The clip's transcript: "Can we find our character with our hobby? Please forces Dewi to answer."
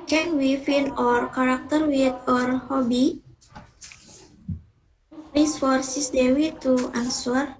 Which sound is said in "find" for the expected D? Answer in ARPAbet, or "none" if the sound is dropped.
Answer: none